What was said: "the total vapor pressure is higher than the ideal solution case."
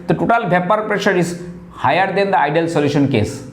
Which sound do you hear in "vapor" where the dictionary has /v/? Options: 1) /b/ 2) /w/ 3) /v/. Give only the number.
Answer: 1